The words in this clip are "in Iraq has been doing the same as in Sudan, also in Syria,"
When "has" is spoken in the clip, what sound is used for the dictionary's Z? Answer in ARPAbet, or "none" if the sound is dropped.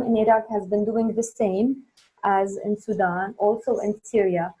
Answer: Z